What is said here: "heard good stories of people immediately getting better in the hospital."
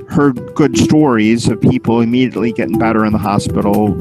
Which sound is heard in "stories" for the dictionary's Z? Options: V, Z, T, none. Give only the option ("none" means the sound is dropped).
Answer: Z